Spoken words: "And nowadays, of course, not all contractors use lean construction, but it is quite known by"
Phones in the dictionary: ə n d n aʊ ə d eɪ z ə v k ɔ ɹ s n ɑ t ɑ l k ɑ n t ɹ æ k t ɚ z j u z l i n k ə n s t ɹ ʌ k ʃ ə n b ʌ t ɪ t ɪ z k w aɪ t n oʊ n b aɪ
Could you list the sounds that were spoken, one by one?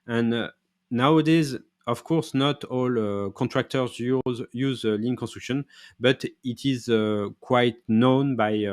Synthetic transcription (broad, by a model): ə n n aʊ ə d eɪ z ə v k ɔ ɹ s n ɑ t ɑ l k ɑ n t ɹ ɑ k t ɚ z j u z l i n k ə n s t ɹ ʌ k ʃ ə n b ʌ t ɪ t ɪ z k w aɪ t n oʊ n b aɪ